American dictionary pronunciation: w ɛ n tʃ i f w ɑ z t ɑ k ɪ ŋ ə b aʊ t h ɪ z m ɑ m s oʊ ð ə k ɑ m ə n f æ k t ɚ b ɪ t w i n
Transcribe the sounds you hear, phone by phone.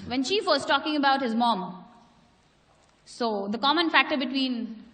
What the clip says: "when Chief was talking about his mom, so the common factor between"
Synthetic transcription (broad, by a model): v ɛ n ʃ i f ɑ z t ɑ k ɪ ŋ ə b aʊ t h ɪ z m ɑ m s oʊ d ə k ɑ m ə n f æ k t ɚ b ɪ t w i n